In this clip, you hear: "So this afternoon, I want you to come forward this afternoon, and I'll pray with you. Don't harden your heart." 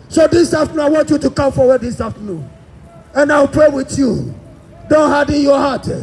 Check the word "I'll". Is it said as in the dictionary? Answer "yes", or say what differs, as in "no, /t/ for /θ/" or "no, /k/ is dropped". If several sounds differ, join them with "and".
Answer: no, /w/ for /l/